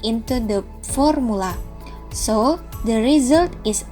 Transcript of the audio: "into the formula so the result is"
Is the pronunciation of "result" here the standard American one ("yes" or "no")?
yes